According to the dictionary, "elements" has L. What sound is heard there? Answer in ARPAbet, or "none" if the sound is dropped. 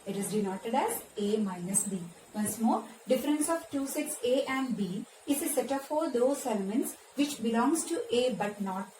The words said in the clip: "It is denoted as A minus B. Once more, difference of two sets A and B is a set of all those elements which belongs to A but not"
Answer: L